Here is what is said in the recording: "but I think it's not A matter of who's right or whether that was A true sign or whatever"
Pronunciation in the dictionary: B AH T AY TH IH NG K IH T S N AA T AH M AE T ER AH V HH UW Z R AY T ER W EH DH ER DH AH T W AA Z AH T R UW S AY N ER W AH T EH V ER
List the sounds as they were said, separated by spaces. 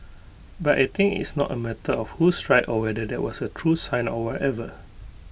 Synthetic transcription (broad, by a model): B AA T AY T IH NG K IH T S N AA T AH M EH T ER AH F HH UW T R AY T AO W EH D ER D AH T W AA S AH T R UW S AY N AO W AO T EH V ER